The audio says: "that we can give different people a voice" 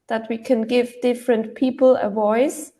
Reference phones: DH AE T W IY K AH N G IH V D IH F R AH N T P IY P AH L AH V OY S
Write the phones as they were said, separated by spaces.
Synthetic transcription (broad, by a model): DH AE T W IY K AH N G IH V D IH F R AH N T P IY P AH L AH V OY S